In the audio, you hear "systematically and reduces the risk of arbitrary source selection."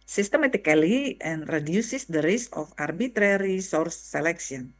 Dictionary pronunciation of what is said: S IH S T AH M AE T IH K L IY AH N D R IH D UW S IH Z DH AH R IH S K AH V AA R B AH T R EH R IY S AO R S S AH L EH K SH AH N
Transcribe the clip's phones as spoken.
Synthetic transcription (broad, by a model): S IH S T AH M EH T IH K L IY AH N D R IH D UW S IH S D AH R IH S AH F AA R B AH T R EH R IY S AO R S S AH L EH K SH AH N